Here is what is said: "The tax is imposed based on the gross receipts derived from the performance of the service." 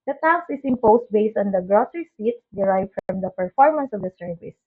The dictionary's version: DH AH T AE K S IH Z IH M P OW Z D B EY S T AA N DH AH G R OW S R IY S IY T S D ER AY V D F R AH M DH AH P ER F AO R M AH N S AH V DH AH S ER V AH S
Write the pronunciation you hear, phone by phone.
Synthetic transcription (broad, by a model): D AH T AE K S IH S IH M P OW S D B EY S T AA N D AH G R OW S R IY S IY T S D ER AY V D F R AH M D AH P ER F AO R M AH N S AH V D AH S ER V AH S